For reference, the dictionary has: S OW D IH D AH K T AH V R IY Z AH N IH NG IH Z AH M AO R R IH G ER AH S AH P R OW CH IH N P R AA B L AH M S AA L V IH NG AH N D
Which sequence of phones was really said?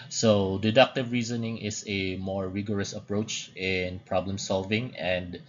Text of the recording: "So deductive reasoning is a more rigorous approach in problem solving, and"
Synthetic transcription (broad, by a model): S OW D IH D AH K T AH V R IY Z AH N IH NG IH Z AH M AO R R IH G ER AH S AH P R OW CH IH N P R AA B L AH M S AA L V IH NG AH N D